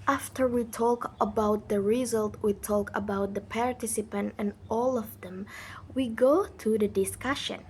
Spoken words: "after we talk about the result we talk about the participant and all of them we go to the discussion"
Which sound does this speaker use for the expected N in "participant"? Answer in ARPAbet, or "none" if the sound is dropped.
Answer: N